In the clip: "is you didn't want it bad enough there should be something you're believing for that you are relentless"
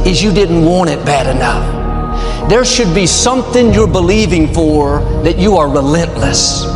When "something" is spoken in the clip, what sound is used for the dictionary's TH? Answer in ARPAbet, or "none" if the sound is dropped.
TH